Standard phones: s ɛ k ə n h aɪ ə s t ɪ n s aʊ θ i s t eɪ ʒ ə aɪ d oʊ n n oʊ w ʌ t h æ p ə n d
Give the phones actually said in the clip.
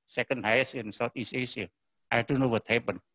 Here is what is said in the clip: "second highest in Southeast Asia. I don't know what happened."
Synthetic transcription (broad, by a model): s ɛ k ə n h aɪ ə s ɪ n s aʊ t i s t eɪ s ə aɪ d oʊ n n oʊ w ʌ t h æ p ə n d